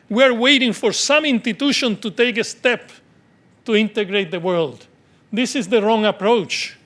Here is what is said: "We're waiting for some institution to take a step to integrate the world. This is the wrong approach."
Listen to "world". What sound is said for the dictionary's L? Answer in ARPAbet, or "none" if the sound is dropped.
L